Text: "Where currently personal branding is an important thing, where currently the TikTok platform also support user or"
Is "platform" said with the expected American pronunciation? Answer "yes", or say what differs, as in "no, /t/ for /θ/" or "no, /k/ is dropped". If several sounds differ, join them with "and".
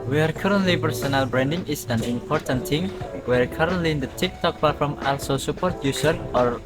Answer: no, /l/ is dropped